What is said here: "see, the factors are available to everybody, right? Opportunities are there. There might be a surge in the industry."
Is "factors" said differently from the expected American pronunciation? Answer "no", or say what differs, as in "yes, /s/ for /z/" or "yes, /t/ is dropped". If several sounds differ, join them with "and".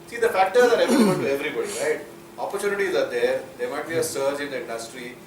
yes, /k/ is dropped